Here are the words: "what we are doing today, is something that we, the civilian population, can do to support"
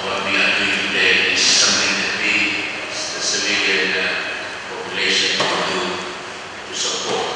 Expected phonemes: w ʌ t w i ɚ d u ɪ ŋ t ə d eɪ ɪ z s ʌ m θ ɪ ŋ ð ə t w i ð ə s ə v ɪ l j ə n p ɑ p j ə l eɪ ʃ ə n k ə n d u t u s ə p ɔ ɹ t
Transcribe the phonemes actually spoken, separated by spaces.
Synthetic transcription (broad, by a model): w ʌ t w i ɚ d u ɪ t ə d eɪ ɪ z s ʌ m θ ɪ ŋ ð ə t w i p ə s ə f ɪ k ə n p ɑ p j ə l eɪ ʃ ə n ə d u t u s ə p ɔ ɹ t